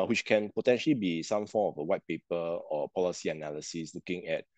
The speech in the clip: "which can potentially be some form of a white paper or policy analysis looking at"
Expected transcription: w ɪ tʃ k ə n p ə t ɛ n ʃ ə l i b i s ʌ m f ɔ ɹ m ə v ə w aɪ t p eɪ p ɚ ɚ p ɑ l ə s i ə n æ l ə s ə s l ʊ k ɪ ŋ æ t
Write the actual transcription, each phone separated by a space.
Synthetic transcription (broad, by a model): w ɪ tʃ k ə n p ə t ɛ n ʃ ə l i b i s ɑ m f ɔ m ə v ə w aɪ t p eɪ p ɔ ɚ p ɑ l ə s i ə n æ l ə s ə s l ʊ k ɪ ŋ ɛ t